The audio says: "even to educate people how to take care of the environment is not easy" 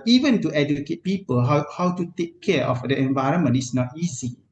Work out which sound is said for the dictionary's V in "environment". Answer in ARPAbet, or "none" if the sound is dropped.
V